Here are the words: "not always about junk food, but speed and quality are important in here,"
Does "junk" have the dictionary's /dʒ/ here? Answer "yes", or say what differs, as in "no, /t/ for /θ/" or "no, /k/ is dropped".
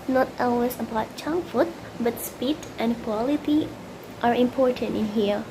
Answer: no, /tʃ/ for /dʒ/